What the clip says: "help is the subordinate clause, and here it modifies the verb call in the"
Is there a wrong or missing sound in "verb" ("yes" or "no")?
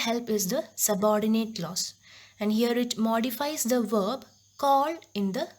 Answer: no